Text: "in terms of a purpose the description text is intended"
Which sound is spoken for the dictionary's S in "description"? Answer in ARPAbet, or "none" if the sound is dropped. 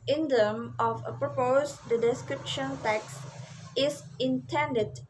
S